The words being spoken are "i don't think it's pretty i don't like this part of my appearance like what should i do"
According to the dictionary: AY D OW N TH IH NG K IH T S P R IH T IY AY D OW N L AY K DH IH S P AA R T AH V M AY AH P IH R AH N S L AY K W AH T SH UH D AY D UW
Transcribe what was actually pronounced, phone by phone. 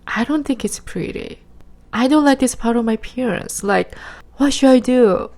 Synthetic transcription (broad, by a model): AY D OW N TH IH NG K IH T S P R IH T IY AY D OW N L AY K DH IH S P AA R T AH V M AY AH P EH R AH N S L AY K W AH T SH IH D AY D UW